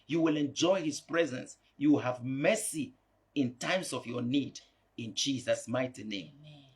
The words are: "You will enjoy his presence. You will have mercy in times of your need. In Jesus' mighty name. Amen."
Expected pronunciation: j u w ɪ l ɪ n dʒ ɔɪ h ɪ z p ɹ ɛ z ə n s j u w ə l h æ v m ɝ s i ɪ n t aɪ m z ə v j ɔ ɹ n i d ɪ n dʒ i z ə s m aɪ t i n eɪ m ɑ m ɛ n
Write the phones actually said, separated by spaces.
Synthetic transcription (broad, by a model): j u w ɪ l ɪ n dʒ ɔɪ h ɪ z p ɹ ɛ z ə n s j u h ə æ v m ɝ s i ɪ n t aɪ m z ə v j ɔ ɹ n i d ɪ n dʒ i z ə s m aɪ t i n eɪ ɑ m